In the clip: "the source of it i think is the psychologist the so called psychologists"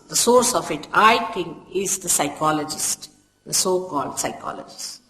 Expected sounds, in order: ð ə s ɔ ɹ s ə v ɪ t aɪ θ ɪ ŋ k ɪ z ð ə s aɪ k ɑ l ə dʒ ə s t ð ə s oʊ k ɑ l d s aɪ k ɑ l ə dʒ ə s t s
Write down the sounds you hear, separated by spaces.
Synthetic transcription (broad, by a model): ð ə s ɔ ɹ s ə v ɪ t aɪ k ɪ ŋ ɪ z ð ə s aɪ k ɑ l ə dʒ ə s t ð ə s oʊ k ɑ l d s aɪ k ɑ l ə dʒ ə s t